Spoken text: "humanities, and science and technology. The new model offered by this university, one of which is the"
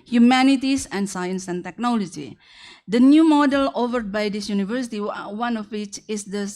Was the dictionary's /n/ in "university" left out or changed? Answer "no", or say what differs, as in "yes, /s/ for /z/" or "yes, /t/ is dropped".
no